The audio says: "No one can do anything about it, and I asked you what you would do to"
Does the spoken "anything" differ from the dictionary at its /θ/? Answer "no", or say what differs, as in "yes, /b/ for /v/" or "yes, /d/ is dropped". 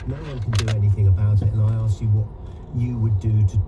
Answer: no